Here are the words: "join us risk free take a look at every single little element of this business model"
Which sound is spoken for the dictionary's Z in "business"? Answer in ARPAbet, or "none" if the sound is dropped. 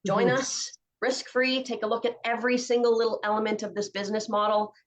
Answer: Z